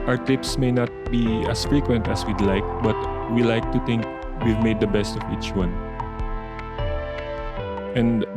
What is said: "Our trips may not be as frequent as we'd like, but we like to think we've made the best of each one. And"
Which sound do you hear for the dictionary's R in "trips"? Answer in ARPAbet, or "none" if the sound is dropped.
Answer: none